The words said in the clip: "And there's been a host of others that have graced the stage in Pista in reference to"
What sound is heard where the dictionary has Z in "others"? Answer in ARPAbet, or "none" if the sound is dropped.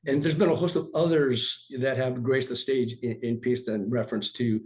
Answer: Z